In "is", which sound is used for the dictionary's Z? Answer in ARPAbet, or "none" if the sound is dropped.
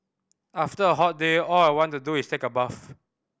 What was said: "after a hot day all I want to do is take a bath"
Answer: S